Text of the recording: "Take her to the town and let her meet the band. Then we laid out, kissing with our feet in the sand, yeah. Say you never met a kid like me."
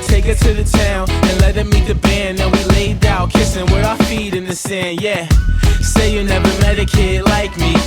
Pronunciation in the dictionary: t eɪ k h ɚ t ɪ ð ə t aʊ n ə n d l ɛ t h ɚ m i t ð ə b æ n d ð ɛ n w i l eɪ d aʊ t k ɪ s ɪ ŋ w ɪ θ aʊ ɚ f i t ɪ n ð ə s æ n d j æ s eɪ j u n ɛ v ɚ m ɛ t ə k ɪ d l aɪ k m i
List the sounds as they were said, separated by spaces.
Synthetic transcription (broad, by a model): t eɪ k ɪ t ɪ ð ə t aʊ n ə n l ɛ t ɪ m i t ð ə b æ n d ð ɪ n w i l eɪ d aʊ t k ɪ s ɪ ŋ w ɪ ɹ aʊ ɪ f i t ɪ n ð ə s æ n d j æ s eɪ j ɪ n ɛ v ɚ m ɛ t ə k ɪ d l aɪ k m i